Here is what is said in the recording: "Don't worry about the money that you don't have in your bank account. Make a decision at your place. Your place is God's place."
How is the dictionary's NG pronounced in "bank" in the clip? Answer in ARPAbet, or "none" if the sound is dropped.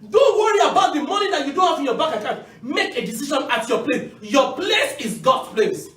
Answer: none